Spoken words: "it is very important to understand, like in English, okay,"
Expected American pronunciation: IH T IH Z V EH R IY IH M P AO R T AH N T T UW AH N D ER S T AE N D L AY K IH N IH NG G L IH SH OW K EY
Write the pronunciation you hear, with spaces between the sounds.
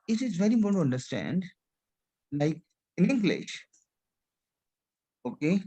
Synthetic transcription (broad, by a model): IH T IH Z V EH R IY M AO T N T T UW AH N D ER S T AE N D L AY K IH N IH NG G L IH SH OW K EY